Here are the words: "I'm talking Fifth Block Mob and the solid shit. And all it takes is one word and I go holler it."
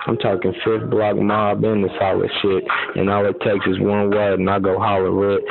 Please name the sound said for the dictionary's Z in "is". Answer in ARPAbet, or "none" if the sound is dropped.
S